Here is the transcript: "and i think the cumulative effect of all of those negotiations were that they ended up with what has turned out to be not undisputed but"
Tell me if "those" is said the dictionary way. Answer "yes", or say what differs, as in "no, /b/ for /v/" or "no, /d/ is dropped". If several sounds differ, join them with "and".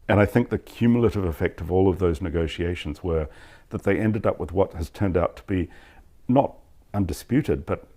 yes